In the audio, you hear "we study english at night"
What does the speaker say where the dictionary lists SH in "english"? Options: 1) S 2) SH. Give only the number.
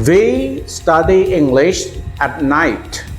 2